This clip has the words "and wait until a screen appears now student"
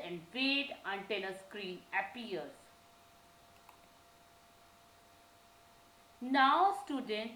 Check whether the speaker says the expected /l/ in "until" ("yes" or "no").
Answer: no